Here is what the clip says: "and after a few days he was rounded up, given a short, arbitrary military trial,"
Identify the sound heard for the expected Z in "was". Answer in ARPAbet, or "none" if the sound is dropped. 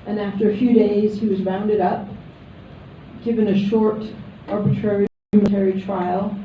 Z